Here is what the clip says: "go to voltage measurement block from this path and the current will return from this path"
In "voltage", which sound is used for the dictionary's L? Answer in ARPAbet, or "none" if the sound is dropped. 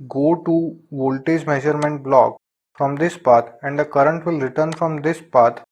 L